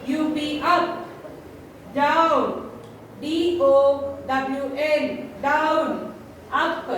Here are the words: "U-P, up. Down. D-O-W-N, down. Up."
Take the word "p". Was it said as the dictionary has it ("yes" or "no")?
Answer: no